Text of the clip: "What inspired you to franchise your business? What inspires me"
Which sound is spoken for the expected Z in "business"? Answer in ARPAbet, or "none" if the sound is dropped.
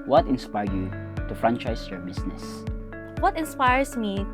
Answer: S